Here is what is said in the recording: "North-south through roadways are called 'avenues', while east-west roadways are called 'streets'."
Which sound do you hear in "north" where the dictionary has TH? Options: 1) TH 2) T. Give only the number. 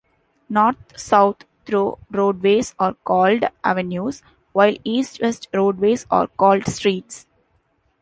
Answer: 2